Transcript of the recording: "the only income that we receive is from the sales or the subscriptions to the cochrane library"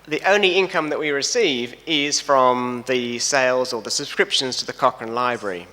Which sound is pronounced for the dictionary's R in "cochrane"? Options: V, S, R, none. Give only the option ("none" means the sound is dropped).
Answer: none